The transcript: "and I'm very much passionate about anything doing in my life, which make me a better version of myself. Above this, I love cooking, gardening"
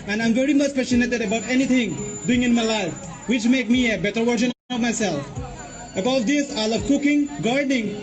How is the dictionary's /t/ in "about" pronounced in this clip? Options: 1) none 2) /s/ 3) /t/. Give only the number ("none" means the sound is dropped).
3